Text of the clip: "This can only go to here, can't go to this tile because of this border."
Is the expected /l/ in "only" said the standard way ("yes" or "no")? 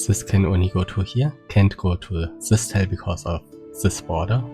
no